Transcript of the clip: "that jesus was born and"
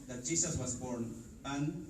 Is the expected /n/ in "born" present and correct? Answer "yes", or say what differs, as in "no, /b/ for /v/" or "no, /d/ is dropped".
yes